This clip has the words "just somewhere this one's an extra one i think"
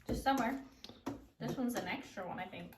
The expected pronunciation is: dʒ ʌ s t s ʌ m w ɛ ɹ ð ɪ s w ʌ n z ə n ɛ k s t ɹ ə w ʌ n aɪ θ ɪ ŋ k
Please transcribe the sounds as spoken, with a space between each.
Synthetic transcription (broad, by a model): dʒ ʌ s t s ʌ m w ɛ ɹ ð ɪ s w ʌ n z ə n ɛ k s t ɹ ə w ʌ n aɪ θ ɪ ŋ k